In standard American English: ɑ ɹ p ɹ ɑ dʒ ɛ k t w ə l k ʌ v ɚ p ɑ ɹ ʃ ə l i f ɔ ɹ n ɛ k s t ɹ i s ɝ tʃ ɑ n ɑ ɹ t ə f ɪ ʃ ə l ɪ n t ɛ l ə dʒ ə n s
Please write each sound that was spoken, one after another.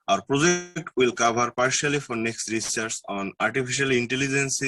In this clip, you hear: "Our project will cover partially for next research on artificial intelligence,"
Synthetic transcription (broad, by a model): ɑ ɹ p ɹ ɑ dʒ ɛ k t w ə l k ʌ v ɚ p ɑ ɹ ʃ ə l i f ɔ ɹ n ɛ k s t ɹ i s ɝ s ɑ n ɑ ɹ t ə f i ʃ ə l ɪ n t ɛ l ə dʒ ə n s